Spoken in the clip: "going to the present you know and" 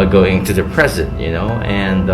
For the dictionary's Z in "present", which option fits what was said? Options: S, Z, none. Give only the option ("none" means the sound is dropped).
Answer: Z